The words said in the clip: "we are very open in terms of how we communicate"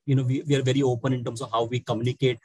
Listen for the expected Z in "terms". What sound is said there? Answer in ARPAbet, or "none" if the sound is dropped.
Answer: S